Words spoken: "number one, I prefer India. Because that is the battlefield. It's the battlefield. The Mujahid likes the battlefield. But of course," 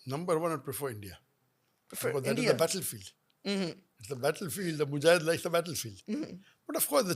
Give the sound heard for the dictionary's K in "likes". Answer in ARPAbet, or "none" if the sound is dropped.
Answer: none